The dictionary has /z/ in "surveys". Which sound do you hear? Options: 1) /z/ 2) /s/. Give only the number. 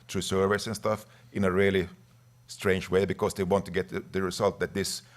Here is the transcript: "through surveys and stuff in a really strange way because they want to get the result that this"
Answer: 2